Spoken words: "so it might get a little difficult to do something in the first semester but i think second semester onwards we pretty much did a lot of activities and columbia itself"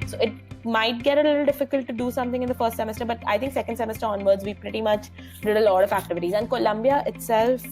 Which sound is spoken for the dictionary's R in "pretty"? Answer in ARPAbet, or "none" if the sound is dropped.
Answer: R